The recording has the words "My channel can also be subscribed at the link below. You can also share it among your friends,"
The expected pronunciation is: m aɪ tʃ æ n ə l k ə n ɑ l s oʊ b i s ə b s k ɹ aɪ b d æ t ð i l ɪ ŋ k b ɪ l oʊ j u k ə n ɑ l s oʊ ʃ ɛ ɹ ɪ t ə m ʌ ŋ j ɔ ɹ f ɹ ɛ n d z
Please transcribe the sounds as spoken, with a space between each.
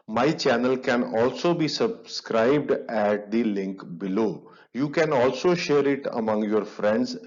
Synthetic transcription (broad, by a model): m aɪ tʃ æ n ə l k ə n ɑ l s oʊ b i s ə b s k ɹ aɪ b d æ t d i l ɪ ŋ k b ɪ l oʊ j u k ə n ɑ l s oʊ ʃ ɛ ɹ ɪ t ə m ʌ ŋ j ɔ ɹ f ɹ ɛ n d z